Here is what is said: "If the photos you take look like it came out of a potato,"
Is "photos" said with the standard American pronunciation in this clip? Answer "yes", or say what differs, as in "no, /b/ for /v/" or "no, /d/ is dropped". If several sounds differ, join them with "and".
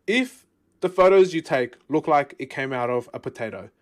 yes